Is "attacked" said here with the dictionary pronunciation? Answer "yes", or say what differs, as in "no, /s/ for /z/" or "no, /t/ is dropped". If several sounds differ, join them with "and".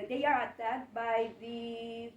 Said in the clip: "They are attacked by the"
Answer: no, /k/ is dropped